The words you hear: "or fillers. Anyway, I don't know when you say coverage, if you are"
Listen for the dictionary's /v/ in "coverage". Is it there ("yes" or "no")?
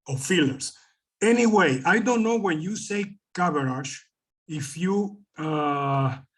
no